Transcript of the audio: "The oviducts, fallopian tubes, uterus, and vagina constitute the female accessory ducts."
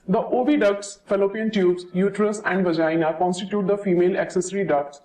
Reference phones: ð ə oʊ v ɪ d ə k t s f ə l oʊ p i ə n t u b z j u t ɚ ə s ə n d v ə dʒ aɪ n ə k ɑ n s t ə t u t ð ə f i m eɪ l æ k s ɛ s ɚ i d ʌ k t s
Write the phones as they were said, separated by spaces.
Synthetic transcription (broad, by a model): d ə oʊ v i d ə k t s f ə l oʊ p i ə n t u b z j u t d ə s ə n d v ə dʒ aɪ n ə k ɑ n s t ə t u t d ə f i m eɪ l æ k s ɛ s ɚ i d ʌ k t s